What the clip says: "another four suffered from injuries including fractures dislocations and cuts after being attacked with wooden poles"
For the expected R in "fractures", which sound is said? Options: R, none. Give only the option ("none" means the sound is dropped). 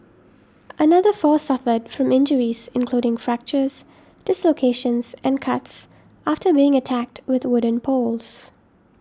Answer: R